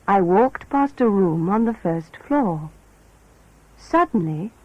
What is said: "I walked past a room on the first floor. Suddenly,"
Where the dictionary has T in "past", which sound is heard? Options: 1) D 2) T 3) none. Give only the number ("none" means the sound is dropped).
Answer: 2